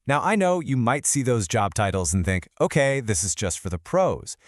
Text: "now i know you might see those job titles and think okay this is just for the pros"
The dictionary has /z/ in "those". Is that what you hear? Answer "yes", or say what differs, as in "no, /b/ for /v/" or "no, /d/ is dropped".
yes